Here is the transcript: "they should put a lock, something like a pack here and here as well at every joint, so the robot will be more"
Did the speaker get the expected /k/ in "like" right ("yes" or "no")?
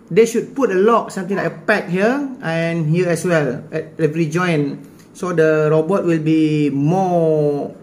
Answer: no